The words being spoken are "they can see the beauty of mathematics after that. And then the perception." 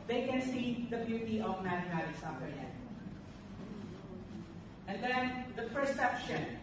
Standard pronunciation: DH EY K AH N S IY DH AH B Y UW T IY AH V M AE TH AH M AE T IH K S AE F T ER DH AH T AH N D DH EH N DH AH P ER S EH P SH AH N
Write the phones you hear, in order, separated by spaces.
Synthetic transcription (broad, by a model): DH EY K AH N S IY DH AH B Y UW T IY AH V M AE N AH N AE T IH S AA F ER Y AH T AH N D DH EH N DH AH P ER S EH P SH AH N